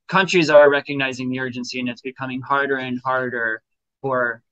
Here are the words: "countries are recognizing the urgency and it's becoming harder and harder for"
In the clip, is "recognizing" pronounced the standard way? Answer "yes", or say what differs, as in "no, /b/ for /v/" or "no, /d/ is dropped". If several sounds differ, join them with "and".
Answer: yes